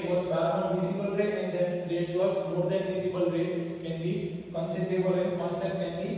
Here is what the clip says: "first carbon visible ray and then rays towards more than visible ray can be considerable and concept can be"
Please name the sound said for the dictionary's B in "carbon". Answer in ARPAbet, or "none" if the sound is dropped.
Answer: none